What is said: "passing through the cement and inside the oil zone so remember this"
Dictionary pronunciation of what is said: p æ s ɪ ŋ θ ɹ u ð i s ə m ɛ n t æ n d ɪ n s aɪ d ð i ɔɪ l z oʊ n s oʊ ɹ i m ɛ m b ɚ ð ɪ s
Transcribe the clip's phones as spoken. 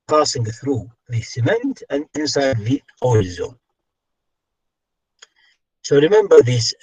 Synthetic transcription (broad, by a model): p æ s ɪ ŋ θ ɹ u ð i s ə m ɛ n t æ n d ɪ n s aɪ d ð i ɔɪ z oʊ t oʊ ɹ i m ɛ m b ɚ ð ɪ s